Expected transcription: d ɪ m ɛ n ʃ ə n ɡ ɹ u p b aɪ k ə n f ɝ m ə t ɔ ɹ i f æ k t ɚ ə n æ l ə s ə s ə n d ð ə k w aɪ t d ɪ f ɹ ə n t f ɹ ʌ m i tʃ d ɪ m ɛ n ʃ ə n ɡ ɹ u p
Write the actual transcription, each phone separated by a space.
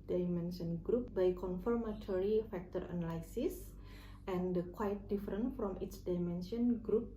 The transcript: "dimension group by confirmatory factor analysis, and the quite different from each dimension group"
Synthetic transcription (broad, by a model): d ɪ m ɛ n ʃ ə n ɡ ɹ u p b aɪ k ə n f ɝ m ə t ɔ ɹ i f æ k t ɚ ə n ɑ l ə s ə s ə n d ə k w aɪ t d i f ɹ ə n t f ɹ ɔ m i s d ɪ m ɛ n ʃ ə n ɡ ɹ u p